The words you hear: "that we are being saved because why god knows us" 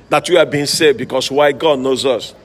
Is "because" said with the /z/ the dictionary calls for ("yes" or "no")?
no